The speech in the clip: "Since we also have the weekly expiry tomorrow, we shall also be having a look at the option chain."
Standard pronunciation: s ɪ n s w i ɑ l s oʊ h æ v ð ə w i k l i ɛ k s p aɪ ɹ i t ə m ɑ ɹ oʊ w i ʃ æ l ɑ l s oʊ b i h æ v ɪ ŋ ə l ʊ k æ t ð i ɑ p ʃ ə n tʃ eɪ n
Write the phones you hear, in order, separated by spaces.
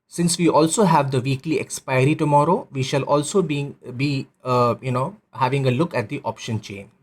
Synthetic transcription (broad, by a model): s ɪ n s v i ɑ l s oʊ h æ v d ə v i k l i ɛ k s p aɪ ɹ i t ə m ɑ ɹ oʊ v i ʃ æ l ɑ l s oʊ b i h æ v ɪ ŋ ə l ʊ k æ t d i ɑ p ʃ ə n tʃ eɪ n